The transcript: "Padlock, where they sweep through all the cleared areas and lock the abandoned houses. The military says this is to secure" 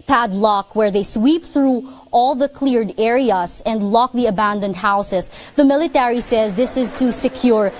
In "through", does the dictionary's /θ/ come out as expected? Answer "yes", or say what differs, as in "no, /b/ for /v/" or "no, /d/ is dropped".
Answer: yes